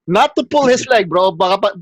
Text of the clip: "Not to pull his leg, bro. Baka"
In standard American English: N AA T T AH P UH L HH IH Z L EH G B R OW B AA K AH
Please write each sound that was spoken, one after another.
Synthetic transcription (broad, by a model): N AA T T AH P UH L HH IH S L EH G B R OW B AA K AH